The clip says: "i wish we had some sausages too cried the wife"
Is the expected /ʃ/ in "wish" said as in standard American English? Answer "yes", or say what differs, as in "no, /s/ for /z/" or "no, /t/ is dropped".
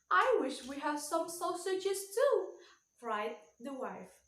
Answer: yes